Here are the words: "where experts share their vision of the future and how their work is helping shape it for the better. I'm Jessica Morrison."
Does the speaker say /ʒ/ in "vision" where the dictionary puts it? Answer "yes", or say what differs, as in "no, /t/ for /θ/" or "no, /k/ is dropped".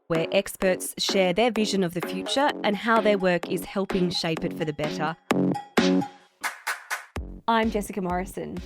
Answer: yes